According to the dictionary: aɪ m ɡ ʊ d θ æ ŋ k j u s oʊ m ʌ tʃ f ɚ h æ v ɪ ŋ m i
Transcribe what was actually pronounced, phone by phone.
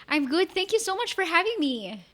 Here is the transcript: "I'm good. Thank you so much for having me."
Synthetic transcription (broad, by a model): aɪ m ɡ ʊ d θ æ ŋ k j u s oʊ m ʌ tʃ f ɚ h æ v ɪ ŋ m i